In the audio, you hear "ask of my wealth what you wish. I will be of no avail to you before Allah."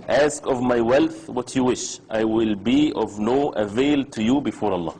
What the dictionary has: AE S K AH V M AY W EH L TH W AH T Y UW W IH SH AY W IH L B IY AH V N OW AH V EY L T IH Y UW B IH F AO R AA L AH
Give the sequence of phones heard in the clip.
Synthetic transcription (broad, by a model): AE S K AH V M AY W EH L TH W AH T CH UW W IH SH AY W IH L B IY AH V N OW AH V EY L T IH Y UW B IH F AO R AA L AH